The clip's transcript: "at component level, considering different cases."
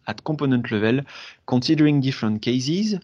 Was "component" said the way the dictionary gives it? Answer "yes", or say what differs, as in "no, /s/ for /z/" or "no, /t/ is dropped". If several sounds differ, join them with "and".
no, /m/ is dropped